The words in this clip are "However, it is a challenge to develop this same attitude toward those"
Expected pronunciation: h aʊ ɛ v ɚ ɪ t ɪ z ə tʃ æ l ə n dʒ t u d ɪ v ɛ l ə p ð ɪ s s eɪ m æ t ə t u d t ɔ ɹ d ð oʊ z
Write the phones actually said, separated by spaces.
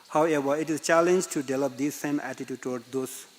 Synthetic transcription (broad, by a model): h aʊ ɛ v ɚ ɪ t ɪ z tʃ æ l ə n dʒ t u d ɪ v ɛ l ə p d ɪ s s eɪ m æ t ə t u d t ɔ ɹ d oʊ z